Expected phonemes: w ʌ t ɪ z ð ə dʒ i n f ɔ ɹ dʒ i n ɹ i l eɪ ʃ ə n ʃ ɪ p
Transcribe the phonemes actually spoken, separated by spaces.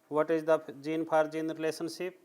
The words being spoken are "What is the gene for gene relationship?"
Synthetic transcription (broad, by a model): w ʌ t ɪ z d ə dʒ i n p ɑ ɹ dʒ i n ɹ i l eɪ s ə n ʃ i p